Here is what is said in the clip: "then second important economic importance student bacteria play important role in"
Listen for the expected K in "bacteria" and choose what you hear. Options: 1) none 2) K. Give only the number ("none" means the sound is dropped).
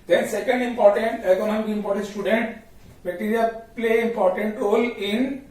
1